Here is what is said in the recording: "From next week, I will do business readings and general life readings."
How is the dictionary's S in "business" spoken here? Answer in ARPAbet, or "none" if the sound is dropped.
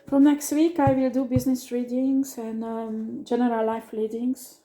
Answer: S